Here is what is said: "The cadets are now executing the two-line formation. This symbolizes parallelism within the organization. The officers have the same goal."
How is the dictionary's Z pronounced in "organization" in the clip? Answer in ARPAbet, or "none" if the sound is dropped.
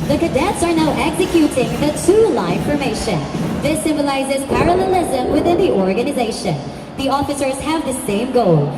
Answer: Z